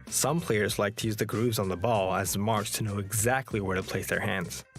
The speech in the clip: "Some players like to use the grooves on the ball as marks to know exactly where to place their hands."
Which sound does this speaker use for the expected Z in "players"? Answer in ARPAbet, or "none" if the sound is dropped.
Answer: Z